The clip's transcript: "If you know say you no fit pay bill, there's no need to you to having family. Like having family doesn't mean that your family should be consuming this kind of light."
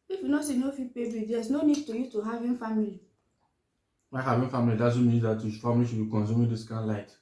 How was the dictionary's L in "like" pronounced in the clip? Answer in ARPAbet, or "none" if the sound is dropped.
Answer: W